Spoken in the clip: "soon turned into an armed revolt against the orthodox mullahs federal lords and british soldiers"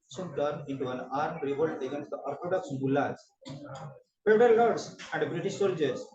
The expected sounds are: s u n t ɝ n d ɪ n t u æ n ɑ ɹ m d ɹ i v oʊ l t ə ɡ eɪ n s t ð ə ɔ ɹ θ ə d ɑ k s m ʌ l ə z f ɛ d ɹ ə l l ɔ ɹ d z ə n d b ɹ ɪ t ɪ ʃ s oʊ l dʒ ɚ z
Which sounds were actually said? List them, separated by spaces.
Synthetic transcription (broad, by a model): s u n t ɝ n ɪ n t u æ n ɑ ɹ m d ɹ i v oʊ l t ə ɡ eɪ n s t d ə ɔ ɹ t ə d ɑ k s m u l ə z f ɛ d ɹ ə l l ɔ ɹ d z ə n d b ɹ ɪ t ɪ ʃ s oʊ l dʒ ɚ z